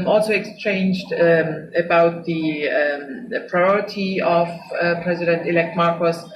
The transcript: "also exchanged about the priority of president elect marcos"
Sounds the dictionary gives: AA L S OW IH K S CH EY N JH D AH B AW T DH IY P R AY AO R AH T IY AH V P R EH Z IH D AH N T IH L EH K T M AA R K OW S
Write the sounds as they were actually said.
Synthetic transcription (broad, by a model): AA L S OW IH K S CH EY N JH D AH B AW T DH IY P R AY AO R AH T IY AH V P R EH Z IH D AH N T IH L EH K T M AA R K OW S